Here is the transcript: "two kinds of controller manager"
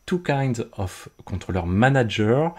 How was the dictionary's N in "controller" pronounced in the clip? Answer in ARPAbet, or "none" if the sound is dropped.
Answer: none